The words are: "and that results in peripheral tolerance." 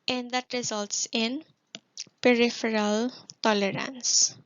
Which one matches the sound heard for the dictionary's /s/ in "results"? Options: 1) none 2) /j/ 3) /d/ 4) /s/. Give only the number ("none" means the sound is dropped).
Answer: 4